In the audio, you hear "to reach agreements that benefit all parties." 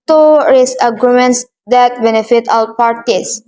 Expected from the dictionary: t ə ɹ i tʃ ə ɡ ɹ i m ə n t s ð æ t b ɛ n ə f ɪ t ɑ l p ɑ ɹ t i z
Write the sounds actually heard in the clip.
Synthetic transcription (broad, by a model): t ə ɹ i s ə ɡ ɹ i m ə n t s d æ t b ɛ n ə f ɪ t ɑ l p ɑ ɹ t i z